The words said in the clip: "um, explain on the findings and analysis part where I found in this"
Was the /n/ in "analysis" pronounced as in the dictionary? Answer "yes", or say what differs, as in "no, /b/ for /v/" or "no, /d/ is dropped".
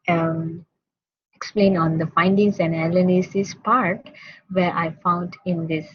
no, /l/ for /n/